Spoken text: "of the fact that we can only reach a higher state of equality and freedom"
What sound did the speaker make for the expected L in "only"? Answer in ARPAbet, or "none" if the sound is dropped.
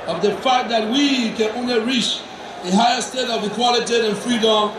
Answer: L